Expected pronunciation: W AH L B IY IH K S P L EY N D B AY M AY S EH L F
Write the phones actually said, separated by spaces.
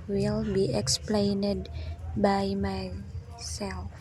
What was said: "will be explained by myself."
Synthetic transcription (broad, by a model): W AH L B IY IH K S P L EY N D B AY M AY S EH L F